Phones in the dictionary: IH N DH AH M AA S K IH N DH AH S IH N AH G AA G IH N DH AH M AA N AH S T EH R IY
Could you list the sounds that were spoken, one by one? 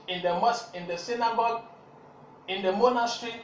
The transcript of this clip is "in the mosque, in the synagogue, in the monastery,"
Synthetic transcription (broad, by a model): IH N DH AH M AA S IH N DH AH S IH N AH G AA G IH N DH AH M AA N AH S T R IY